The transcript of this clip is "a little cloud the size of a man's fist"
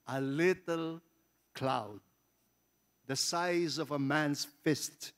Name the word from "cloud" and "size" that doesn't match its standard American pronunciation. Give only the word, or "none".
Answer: none